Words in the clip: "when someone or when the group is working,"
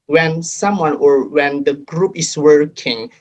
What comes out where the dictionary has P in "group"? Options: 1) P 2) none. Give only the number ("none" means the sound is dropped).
1